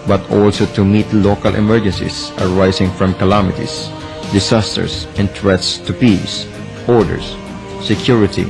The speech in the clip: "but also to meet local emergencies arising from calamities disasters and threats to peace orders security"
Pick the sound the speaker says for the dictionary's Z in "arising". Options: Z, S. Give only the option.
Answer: S